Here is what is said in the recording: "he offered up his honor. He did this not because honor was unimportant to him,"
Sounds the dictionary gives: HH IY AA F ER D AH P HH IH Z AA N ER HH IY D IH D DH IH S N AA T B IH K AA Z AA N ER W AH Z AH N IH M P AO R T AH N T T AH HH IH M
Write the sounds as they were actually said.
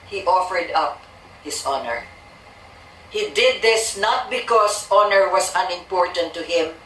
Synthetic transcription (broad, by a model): HH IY AA F ER D AH P HH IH S AA N ER HH IY D IH D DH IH S N AA T B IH K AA S AA N ER W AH S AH N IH M P AO R T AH N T T AH HH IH M